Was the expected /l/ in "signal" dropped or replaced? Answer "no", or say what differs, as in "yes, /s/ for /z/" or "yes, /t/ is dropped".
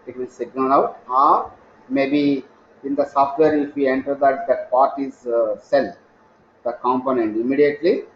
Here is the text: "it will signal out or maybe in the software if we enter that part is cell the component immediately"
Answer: yes, /n/ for /l/